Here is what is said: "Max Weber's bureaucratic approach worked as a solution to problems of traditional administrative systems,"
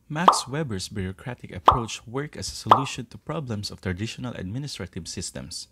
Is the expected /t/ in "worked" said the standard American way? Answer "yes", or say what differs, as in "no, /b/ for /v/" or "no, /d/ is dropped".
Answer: no, /t/ is dropped